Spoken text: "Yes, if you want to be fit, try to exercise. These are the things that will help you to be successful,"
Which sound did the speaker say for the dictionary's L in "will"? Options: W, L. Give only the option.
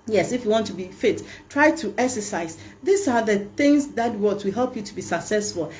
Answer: W